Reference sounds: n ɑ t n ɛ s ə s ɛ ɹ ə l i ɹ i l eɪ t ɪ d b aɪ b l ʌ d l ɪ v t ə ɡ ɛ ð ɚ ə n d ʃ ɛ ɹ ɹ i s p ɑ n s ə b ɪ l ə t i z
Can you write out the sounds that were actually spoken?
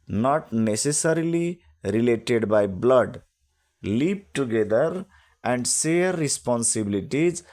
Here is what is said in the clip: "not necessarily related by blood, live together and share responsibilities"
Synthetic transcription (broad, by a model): n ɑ t n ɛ s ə s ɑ ɹ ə l i ɹ i l eɪ t ɪ d b aɪ b l ʌ d l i p t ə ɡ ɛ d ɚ ə n d s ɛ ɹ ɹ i s p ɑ n s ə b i l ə t i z